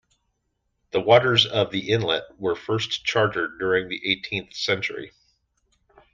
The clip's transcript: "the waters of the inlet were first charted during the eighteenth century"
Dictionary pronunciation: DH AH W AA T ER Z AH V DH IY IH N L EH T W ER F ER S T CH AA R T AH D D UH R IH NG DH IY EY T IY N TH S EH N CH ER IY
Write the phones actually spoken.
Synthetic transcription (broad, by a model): DH AH W AA T ER Z AH V DH IY IH N L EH T W ER F ER S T CH AA R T AH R D UH R IH NG DH IY EY T IY N TH S EH N CH ER IY